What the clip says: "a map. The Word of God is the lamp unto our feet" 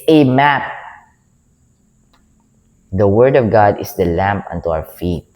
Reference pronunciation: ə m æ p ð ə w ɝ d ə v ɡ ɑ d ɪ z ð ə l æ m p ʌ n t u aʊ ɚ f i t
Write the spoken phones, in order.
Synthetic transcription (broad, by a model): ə m æ p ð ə w ɝ d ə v ɡ ɑ d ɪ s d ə l æ m p ʌ n t u aʊ ɚ f i t